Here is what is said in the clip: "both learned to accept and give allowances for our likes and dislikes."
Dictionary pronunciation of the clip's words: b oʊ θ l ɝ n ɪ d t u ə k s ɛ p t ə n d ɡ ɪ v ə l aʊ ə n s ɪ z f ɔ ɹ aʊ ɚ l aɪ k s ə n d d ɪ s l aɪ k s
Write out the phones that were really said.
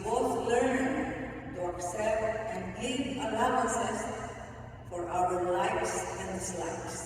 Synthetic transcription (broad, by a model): b oʊ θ l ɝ n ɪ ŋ t u ə k s ɛ p t ə n d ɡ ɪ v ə l aʊ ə s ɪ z f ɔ ɹ aʊ ɚ l aɪ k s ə n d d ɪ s l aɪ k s